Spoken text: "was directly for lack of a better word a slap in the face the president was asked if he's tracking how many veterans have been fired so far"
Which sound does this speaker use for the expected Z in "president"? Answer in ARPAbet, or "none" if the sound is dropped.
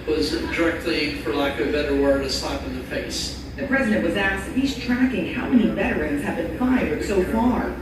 Z